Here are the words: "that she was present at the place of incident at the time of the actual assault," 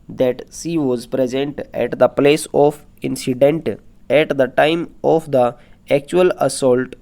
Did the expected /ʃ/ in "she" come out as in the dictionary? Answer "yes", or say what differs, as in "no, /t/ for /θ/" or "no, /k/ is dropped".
no, /s/ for /ʃ/